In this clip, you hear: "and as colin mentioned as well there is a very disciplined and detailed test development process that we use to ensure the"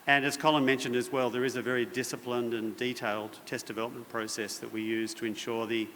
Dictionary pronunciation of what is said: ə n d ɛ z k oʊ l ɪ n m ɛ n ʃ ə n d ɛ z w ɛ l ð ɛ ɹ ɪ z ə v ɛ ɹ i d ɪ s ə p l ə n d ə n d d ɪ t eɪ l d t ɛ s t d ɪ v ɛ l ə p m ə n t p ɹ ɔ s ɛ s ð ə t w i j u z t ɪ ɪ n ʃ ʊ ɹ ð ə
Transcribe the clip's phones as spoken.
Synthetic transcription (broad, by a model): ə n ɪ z k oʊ l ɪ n m ɛ n ʃ ə n d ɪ z w ɛ l ð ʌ ɹ ɪ z ə v ɛ ɹ i d ɪ s ə p l ə n d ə n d d ɪ t eɪ l d t ɛ s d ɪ v ɛ l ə p m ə n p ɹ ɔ s ɛ s ð ə t w i j u z t ɪ ɪ n ʃ ʊ ɹ ð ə